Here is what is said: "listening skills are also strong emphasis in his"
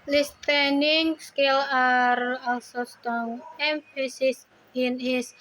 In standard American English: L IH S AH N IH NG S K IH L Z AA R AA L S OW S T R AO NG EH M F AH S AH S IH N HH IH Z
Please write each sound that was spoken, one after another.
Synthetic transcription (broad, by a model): L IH S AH N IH NG S K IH L AA R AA L S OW S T AO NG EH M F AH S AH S IH N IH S